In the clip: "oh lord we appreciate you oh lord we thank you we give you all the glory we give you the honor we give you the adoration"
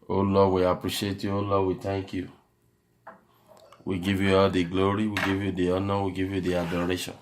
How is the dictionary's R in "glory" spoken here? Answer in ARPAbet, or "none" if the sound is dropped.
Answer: R